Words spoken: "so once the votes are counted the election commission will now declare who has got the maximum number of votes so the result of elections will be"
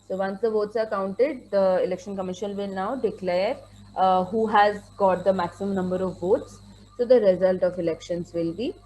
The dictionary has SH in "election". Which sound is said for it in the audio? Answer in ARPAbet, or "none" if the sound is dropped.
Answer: SH